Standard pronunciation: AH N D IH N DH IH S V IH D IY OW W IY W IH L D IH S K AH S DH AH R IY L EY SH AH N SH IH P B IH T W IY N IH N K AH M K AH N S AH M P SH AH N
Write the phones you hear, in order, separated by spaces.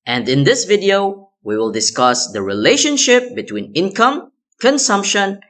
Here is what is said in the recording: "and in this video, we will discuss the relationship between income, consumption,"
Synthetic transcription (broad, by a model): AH N D IH N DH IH S V IH D IY OW W IY W IH L D IH S K AH S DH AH R IY L EY SH AH N SH IH P B IH T W IY N IH N K AH M K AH N S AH M P SH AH N